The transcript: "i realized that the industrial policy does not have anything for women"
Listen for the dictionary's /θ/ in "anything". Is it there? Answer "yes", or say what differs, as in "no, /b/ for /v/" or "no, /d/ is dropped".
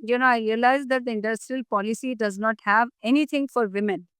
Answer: no, /t/ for /θ/